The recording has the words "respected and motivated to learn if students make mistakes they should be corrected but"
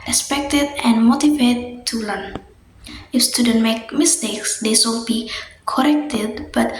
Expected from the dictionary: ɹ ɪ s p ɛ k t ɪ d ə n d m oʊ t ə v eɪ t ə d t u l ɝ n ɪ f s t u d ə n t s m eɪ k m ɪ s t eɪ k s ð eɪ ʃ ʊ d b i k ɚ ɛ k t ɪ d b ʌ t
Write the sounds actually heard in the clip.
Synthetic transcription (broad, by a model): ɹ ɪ s p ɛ k t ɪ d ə n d m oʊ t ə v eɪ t t u l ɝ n ɪ f s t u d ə n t m eɪ k m ɪ s t eɪ k s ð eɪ s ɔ b i k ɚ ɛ k t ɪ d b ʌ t